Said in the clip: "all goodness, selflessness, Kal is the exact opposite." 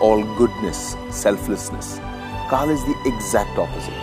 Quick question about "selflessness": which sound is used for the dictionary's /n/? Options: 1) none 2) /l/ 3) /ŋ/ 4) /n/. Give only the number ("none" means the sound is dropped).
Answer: 4